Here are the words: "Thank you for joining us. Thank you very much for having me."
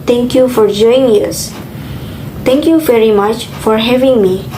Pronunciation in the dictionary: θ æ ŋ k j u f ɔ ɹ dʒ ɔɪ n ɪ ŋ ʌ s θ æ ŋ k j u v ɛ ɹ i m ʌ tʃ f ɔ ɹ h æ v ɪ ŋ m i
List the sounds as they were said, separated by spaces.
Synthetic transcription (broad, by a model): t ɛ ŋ k j u f ɔ ɹ dʒ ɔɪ ɪ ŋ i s t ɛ ŋ k j u v ɛ ɹ i m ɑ tʃ f ɔ ɹ h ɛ v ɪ ŋ m i